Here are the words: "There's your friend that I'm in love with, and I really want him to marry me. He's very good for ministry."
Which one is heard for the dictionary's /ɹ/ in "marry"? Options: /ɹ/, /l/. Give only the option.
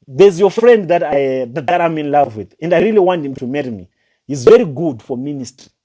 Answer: /ɹ/